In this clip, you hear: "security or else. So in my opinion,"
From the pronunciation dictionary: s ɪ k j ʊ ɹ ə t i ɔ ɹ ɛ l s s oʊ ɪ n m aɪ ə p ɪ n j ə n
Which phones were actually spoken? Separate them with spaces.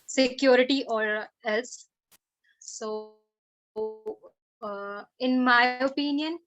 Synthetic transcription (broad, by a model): s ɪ k j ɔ ɹ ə t i ɔ ɹ ɛ l s s oʊ ɪ n m aɪ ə p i n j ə n